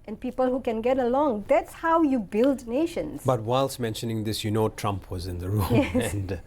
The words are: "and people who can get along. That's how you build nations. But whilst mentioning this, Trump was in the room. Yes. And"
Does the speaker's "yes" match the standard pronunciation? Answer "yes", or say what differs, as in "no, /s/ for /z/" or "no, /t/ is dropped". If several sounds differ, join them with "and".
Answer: no, /s/ is dropped